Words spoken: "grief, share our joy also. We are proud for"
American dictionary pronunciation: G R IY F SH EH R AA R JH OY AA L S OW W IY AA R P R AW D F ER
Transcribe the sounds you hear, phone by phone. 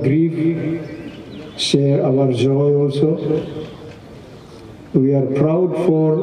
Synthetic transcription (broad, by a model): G R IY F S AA W AA R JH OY AA L S OW W IY AA R P R AW D F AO